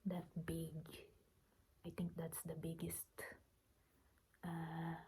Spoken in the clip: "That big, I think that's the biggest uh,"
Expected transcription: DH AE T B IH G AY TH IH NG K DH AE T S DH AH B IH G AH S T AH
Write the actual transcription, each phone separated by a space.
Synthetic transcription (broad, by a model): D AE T B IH G AY T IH NG K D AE T S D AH B IH G AH S T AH